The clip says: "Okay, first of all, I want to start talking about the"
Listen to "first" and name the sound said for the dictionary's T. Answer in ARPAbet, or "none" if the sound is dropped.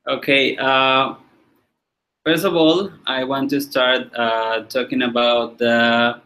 T